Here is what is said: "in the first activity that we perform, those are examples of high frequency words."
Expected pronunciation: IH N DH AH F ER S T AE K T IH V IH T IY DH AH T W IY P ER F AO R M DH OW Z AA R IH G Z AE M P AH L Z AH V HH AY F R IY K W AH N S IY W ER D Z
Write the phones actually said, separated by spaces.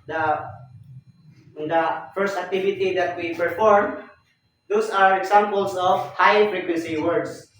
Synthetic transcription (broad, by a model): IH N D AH F ER S T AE K T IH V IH T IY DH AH T W IY P ER F AO R M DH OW S AA R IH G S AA M P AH L S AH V HH AY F R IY K W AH N S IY W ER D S